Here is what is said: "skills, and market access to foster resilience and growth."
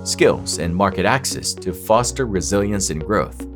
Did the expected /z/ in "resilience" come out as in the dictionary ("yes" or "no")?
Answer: yes